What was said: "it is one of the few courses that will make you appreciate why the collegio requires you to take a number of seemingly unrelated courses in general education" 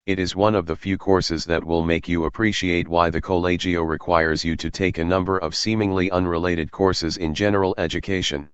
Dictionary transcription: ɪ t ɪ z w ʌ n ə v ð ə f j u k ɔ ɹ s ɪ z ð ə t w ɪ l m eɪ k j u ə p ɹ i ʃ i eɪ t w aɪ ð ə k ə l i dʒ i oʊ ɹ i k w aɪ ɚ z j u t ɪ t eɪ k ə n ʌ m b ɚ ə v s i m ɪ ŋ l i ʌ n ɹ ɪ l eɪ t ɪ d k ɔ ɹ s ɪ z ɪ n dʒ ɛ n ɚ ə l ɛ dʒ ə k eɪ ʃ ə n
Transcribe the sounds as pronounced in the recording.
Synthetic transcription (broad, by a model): ɪ t ɪ z w ʌ n ə v ð ə f j u k ɔ ɹ s ɪ z ð ə t w ɪ l m eɪ k j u ə p ɹ i ʃ i eɪ t w aɪ ð ə k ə l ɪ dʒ i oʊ ɹ i k w aɪ ɚ z j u t ɪ t eɪ k ə n ʌ m b ɚ ə v s i m ɪ ŋ l i ʌ n ɹ ɪ l eɪ t ɪ d k ɔ ɹ s ɪ z ɪ n dʒ ɛ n ɚ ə l ɛ dʒ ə k eɪ ʃ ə n